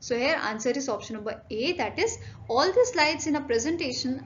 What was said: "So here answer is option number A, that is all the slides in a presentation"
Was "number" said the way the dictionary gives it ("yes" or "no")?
yes